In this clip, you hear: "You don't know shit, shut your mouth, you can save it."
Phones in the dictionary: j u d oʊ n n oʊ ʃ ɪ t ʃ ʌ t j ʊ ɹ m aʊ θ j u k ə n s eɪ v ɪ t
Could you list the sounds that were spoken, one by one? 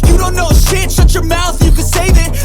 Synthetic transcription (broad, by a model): j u d oʊ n n oʊ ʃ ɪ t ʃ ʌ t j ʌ ɹ m aʊ θ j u k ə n s eɪ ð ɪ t